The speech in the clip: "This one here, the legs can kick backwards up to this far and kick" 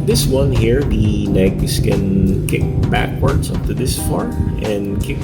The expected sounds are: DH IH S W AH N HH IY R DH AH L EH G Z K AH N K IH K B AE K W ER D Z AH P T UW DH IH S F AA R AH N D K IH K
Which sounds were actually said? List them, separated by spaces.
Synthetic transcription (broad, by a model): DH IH S W AH N HH IY R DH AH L EH G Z K AH N K IH K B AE K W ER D S AH P T UW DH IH S F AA R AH N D K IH K